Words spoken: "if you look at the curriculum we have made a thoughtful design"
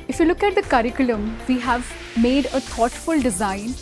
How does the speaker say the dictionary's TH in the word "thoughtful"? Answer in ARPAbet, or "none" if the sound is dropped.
T